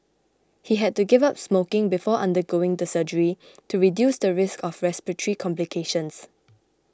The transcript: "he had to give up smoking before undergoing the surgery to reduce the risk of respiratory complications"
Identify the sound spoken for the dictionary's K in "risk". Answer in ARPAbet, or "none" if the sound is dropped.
K